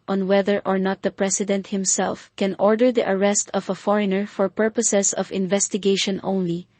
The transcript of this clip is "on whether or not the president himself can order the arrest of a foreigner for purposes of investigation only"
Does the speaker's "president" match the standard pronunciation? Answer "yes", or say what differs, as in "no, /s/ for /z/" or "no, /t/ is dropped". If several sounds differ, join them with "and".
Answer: no, /s/ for /z/